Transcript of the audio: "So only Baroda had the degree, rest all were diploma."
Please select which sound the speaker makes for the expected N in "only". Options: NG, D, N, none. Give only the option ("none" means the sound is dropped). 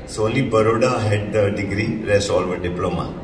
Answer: none